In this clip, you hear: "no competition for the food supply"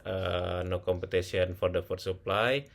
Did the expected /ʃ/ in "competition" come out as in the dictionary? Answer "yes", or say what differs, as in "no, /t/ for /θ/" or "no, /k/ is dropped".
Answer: no, /s/ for /ʃ/